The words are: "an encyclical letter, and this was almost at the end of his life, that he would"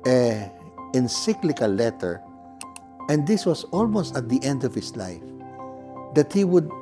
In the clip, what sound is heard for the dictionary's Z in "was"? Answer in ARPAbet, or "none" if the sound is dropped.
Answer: S